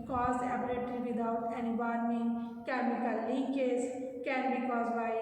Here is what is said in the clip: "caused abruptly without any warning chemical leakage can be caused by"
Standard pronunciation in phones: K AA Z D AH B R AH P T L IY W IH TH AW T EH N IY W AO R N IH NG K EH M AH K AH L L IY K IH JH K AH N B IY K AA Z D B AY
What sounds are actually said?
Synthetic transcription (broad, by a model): K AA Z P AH R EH T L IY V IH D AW T EH N IY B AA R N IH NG K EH M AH K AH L L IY K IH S K AH N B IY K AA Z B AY